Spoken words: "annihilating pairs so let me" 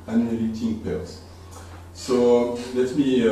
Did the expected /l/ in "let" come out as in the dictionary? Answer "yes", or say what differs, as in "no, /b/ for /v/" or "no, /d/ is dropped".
yes